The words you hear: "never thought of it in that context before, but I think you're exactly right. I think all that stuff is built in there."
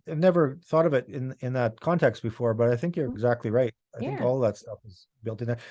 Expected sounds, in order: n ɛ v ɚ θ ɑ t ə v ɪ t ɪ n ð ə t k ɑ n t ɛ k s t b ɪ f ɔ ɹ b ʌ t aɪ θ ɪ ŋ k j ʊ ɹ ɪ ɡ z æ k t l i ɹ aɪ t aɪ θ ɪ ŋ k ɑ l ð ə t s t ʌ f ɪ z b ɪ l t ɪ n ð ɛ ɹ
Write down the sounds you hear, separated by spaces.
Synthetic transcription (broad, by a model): n ɛ v ɚ θ ɑ t ə v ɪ t ɪ n ð ə t k ɑ n t ɛ k s t b ɪ f ɔ ɹ b ʌ t aɪ θ ɪ ŋ k j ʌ ɹ ɪ ɡ z æ k t l i ɹ aɪ t aɪ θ ɪ ŋ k ɑ l ð ə t s t ʌ f ɪ z b ɪ l t ɪ n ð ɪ